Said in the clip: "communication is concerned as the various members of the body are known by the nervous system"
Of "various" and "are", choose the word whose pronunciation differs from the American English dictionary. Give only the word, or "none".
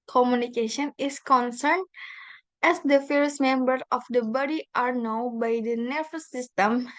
various